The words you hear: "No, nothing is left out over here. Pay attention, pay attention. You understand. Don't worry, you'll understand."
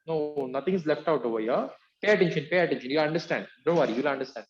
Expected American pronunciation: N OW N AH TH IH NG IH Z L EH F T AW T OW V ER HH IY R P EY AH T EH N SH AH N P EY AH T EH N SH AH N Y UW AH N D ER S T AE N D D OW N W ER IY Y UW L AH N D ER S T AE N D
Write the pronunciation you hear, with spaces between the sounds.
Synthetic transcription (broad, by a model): N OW N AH T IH NG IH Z L EH F T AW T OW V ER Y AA P EY AH T EH N SH AH N P EY AH T EH N SH AH N Y UW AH N D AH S T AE N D D OW N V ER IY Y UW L AH N D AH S T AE N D